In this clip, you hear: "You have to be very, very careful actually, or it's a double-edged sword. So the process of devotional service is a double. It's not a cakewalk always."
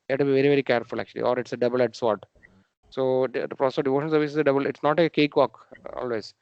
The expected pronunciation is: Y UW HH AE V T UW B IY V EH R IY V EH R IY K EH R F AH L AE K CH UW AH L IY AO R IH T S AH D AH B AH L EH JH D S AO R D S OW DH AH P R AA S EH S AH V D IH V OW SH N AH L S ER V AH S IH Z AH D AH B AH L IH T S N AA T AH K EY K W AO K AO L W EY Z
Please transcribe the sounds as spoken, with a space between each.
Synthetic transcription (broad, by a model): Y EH T UW B IY V EH R IY V EH R IY K EH R F AH L AE K CH UW AH L IY AO R IH T S AH D AH B AH L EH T S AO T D S OW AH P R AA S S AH D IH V OW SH AH N S ER V AH S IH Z AH D AH B AH L IH T S N AA T AH K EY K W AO K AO L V EY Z